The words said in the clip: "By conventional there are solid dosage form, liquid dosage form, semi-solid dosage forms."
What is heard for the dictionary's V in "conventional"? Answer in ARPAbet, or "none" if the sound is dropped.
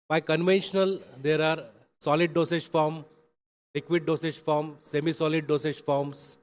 V